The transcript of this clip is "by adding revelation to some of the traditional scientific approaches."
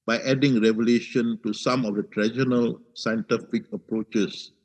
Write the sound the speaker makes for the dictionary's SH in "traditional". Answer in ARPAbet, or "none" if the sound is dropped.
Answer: none